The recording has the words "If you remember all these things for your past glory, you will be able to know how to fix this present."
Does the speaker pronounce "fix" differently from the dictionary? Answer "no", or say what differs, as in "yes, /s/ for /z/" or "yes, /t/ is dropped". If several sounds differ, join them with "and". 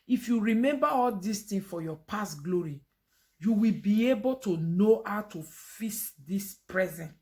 yes, /k/ is dropped